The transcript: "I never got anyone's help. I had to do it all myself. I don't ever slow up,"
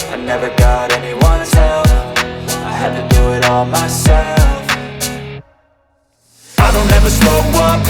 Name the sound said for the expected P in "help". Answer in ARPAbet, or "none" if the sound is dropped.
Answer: F